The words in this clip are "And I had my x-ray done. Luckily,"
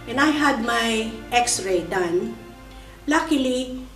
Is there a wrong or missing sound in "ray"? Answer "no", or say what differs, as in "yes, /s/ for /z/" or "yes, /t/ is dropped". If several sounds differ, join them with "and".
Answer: no